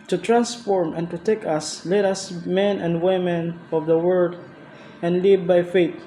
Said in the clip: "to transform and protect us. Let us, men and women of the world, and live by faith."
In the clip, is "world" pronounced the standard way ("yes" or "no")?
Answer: no